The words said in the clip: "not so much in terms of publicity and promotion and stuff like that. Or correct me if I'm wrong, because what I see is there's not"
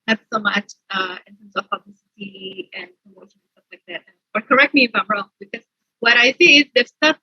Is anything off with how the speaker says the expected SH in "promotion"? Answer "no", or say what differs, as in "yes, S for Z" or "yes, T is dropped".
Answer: yes, SH is dropped